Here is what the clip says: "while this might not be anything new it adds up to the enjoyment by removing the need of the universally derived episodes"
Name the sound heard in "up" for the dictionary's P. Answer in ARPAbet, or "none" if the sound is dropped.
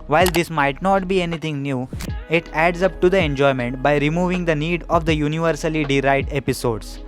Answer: P